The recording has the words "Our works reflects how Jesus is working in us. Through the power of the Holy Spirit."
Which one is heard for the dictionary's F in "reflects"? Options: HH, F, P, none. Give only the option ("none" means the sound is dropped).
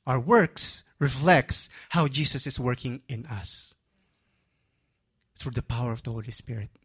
F